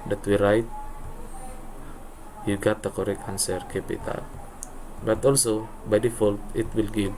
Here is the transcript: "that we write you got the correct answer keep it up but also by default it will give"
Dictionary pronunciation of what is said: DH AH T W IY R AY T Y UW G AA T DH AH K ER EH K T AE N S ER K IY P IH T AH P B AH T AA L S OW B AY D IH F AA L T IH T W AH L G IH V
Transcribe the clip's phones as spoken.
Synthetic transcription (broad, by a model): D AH T W IY R AY T Y UW G AA T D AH K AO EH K AA N S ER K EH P IH T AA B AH T AA L S OW B AY D IH F AA L T IH T W AH L G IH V